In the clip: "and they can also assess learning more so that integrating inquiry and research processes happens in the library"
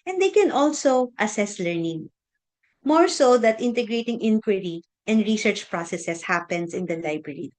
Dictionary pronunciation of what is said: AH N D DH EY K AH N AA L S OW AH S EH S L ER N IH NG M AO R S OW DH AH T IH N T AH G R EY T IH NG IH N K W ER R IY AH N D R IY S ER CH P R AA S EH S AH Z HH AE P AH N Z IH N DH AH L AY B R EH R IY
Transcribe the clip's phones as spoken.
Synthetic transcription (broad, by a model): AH N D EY K AH N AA L S OW AH S EH S L ER N IH NG M AO R S OW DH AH T IH N T AH G R EY T IH NG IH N K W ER R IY AH N D R IY S ER CH P R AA S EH S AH S HH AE P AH N S IH N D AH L AY B R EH R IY